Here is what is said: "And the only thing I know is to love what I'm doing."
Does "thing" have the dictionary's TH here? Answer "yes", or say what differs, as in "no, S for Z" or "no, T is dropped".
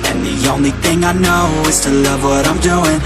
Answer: yes